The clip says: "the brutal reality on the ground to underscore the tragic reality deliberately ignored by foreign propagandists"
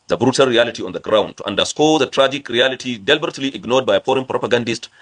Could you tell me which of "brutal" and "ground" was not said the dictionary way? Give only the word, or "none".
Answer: none